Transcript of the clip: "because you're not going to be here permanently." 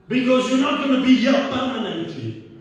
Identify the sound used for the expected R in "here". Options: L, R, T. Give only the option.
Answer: L